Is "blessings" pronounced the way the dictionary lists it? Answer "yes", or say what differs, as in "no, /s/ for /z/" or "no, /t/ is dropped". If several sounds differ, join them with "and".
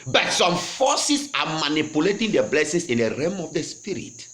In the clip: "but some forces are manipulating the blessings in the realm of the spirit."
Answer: no, /s/ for /z/